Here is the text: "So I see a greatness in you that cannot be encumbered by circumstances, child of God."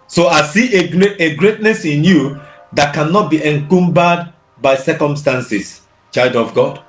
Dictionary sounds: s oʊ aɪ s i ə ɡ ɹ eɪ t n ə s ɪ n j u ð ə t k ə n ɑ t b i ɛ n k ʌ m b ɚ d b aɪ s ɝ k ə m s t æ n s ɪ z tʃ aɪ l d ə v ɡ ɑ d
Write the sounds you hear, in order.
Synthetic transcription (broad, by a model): s oʊ aɪ s i ə ɡ ɹ eɪ t n ə s ɪ n j u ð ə t k ə n ɑ t b i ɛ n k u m b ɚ d b aɪ s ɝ k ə m s t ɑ n s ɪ s tʃ aɪ d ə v ɡ ɑ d